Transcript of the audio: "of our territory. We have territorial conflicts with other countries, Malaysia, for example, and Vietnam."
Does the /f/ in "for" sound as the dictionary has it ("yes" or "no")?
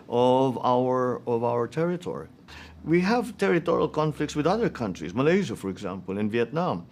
yes